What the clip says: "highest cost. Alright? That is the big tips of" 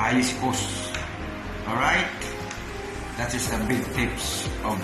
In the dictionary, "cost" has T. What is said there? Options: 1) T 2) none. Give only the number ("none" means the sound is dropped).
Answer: 2